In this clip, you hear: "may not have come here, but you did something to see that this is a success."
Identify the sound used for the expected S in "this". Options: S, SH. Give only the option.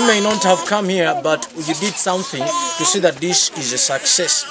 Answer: SH